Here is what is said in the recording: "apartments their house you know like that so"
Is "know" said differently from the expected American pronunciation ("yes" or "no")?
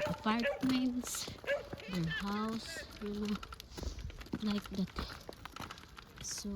yes